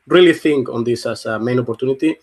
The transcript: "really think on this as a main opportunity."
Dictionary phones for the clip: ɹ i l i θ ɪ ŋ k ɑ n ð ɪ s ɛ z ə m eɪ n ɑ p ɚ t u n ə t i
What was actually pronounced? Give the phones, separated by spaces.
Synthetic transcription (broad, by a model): ɹ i l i θ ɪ ŋ k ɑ n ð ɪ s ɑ s ə m eɪ n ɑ p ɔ t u n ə t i